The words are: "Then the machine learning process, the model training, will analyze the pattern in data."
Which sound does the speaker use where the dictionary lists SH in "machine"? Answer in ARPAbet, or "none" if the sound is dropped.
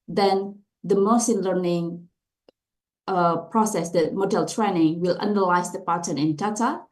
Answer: S